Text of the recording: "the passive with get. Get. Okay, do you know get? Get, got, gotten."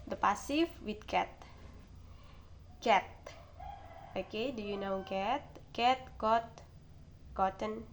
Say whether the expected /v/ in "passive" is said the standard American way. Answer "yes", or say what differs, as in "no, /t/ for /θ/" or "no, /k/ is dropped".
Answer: no, /f/ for /v/